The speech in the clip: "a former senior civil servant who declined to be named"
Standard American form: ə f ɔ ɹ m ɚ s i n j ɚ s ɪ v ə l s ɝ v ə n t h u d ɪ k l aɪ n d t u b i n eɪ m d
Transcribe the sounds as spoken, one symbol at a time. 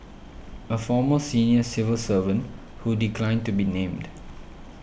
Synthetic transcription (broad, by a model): ə f ɔ m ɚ s i n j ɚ s ɪ v ə l s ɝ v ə n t h u d ɪ k l aɪ n d t u b i n eɪ m d